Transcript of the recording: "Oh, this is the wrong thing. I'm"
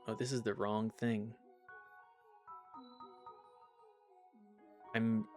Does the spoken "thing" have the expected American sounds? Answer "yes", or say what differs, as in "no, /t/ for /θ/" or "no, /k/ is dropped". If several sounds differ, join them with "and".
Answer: yes